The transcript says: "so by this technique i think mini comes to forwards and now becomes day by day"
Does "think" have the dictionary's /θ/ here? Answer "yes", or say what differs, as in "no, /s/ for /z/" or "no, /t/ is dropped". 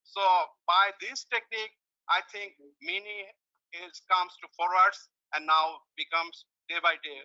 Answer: no, /t/ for /θ/